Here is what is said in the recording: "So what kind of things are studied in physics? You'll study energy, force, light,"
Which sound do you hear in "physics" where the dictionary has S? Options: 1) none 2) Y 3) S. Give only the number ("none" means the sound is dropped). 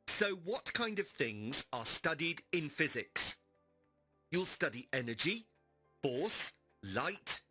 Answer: 3